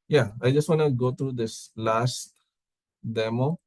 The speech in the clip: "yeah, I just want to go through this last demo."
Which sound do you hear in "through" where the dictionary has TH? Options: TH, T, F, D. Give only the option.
T